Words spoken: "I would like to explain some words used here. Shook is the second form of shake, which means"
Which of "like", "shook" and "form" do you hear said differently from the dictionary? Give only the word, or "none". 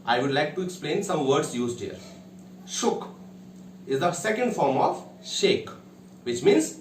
none